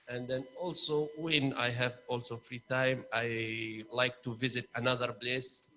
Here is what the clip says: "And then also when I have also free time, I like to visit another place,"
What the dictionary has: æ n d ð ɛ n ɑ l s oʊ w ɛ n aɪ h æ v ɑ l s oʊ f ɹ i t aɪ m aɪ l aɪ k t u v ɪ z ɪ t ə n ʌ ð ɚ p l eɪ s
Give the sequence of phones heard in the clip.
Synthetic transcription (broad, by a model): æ n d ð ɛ n ɑ l s oʊ w ɛ n aɪ h æ v ɑ l s oʊ f ɹ i t aɪ m aɪ l aɪ k t u v ɪ z ɪ t ə n ʌ ð ɚ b l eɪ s